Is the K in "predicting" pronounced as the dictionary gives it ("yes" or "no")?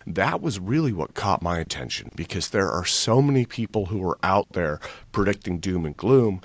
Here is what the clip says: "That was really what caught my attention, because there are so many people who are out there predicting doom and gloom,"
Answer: yes